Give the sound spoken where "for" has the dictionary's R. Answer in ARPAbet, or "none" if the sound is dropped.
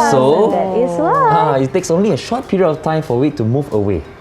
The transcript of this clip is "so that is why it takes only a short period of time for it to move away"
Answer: W